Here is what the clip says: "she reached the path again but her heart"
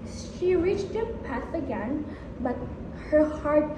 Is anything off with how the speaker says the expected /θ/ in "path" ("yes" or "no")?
yes